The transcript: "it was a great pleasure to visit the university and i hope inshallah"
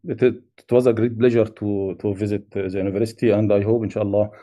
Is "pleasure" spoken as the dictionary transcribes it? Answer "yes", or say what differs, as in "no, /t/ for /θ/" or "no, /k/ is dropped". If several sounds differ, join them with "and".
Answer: no, /b/ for /p/